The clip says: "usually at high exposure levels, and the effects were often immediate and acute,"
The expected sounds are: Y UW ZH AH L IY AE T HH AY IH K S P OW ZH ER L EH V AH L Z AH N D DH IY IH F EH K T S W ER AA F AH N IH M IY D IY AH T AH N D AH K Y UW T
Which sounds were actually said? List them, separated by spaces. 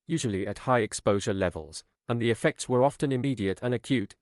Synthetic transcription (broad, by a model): Y UW ZH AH L IY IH T HH AY IH K S P OW ZH ER L EH V AH L Z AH N DH IY IH F EH K T S W ER AA F AH N IH M IY D IY AH T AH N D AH K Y UW T